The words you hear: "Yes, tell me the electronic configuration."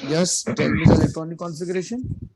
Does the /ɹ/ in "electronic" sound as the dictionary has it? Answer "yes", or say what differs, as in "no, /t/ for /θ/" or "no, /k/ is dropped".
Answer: no, /ɹ/ is dropped